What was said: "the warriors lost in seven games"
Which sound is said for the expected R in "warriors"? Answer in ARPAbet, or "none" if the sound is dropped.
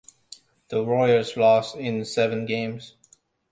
none